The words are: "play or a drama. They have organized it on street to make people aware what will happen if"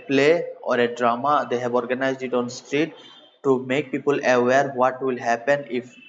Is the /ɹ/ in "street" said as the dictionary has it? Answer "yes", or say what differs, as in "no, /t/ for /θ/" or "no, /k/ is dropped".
yes